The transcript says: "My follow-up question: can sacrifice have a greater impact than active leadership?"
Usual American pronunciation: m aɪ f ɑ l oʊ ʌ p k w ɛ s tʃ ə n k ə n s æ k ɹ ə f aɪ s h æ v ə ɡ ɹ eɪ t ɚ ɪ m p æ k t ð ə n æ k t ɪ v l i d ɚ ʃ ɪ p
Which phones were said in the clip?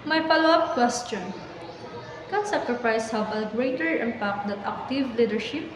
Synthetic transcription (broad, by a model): m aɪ p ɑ l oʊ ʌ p k w ɛ s tʃ ə n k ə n s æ k ɹ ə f aɪ s h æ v ə ɡ ɹ eɪ t ɚ ɪ m p æ k t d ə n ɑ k t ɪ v l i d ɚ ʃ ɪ p